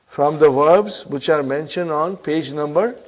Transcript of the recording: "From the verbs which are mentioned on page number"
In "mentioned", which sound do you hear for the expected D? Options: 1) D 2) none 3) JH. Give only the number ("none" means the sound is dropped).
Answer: 1